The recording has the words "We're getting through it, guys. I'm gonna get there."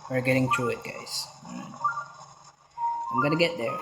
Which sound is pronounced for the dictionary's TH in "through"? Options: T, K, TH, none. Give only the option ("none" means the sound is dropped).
T